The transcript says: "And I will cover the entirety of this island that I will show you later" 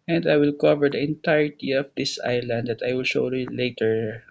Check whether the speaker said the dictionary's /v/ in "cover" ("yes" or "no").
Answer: yes